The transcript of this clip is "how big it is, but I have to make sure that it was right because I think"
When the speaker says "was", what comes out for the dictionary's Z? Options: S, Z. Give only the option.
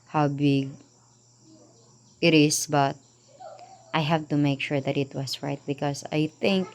S